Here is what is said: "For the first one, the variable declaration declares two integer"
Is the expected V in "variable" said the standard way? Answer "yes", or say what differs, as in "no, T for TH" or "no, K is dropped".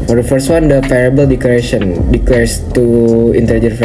no, P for V